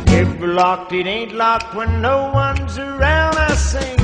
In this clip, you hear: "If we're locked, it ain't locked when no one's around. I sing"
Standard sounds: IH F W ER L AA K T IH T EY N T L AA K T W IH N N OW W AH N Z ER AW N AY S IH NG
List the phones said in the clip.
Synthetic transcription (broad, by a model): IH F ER L AA K T IH T EY N T L AA K T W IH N N OW W AH N Z ER AW N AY S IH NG